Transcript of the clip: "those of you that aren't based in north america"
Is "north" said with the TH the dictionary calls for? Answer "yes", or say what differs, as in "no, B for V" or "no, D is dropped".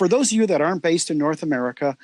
yes